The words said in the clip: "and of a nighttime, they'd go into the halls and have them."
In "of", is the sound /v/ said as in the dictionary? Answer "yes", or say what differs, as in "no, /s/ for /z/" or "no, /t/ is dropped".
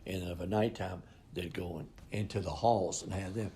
yes